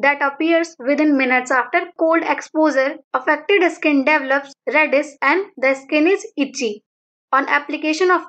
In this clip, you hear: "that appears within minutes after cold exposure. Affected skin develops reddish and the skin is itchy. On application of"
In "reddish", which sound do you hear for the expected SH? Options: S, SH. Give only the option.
S